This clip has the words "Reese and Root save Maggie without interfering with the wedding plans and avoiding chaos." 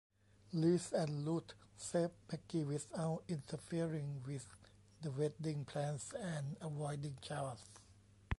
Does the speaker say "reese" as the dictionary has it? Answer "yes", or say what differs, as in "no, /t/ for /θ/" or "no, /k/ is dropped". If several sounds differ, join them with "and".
no, /l/ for /ɹ/